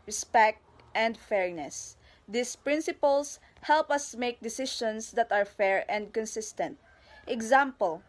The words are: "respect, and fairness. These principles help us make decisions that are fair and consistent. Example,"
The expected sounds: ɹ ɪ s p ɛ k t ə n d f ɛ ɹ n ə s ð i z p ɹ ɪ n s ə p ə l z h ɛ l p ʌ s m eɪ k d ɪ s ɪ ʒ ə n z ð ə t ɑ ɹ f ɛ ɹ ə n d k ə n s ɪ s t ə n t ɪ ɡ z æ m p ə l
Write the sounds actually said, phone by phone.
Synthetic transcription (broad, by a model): ɹ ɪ s p ɛ k t ə n d f ɛ ɹ n ə s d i s p ɹ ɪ n s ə p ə l s h ɛ l p ʌ s m eɪ k d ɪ s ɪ ʃ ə n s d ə t ɑ ɹ f ɛ ɹ ə n d k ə n s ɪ s t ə n t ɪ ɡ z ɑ m p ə l